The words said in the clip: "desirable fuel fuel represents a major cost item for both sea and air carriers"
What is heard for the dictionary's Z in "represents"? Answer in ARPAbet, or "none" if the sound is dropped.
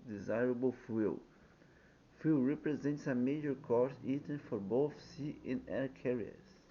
Z